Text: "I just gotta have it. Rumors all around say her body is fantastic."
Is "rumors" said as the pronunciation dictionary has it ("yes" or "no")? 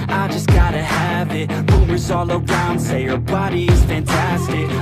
no